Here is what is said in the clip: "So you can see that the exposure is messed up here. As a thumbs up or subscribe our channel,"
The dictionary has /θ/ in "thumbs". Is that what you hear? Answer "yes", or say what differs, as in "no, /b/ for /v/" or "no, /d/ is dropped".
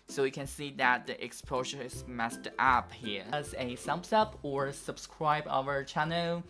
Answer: no, /s/ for /θ/